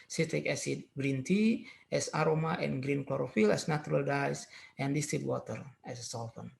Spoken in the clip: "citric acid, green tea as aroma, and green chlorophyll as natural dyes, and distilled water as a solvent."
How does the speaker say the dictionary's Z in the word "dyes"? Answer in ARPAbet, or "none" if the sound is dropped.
S